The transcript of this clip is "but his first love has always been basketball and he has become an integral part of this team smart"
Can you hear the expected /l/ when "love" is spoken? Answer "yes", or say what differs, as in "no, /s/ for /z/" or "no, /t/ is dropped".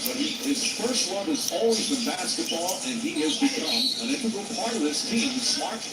no, /w/ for /l/